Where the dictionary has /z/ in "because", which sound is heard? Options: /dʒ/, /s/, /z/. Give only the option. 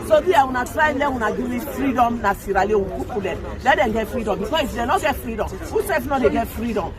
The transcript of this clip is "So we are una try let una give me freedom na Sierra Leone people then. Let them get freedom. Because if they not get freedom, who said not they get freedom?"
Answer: /s/